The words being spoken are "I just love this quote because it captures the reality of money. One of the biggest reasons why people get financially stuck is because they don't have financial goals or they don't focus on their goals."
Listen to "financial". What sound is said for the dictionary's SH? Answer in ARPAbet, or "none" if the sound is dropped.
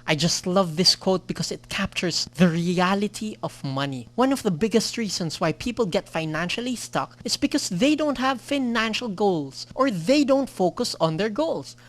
SH